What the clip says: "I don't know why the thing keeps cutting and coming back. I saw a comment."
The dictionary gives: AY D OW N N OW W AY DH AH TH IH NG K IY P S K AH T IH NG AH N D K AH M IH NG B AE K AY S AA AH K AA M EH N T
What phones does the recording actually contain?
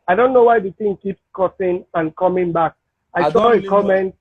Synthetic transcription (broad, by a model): AY D OW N N OW W AY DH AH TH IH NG K IY P S K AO S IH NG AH N K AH M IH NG B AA K AY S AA AH K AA M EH N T